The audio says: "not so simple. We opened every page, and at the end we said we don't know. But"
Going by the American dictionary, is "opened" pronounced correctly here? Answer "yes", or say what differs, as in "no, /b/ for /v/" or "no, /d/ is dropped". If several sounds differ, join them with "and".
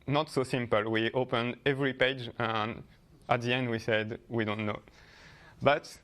yes